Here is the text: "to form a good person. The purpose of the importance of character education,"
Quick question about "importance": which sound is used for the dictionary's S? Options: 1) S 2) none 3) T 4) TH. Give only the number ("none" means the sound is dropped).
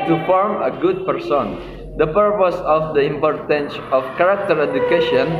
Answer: 1